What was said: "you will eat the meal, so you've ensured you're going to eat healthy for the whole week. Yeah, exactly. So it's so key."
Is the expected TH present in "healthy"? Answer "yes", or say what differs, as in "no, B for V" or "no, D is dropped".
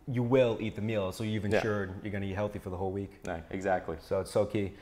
yes